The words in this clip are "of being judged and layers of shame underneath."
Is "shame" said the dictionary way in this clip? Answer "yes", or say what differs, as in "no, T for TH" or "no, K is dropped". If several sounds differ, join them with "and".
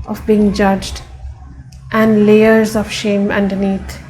yes